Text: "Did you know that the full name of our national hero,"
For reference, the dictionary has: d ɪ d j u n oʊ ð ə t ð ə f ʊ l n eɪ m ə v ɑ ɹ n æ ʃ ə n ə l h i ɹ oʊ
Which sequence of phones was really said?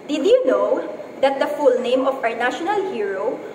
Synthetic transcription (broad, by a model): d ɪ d j u n oʊ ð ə t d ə f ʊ l n eɪ m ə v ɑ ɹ n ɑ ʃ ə n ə l h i ɹ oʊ